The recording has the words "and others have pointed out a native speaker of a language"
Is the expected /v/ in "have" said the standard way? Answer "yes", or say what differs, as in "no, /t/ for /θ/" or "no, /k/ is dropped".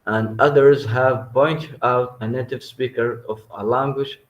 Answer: yes